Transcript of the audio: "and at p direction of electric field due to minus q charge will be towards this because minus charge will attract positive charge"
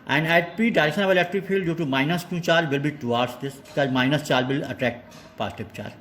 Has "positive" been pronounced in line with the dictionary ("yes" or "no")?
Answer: no